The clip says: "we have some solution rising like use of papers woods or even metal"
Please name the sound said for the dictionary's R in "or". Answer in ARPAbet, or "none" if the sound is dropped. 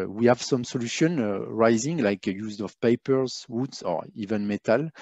R